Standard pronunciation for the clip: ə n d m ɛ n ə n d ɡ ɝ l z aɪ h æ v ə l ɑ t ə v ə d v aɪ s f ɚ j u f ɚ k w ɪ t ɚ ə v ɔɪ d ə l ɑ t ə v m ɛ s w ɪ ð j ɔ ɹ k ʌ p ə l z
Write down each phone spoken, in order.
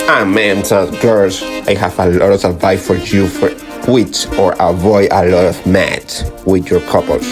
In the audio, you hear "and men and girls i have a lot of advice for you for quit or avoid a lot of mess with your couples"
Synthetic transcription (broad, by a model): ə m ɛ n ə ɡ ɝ l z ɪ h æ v ə l ɑ t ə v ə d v aɪ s f ɚ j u f ɚ k w ɪ t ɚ ə v ɔɪ d ə l ɑ t ə v m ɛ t w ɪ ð j ɔ ɹ k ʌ p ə l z